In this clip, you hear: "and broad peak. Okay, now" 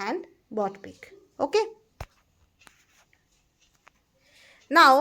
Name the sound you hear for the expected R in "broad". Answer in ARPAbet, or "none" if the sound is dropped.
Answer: none